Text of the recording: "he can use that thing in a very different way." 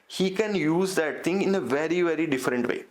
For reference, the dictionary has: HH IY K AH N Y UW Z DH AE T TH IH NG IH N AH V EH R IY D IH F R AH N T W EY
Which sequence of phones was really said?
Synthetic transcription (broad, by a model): HH IY K AH N Y UW Z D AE T T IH NG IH N AH V EH R IY D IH F R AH N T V EY